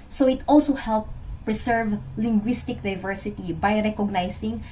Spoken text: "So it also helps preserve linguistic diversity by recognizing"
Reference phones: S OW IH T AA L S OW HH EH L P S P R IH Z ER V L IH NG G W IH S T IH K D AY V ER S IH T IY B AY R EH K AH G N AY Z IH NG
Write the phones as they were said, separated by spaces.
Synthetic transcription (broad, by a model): S OW IH T AA L S OW HH EH L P P R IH S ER V L IH NG G W IH S T IH K D AY V ER S IH T IY B AY R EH K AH G N AY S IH NG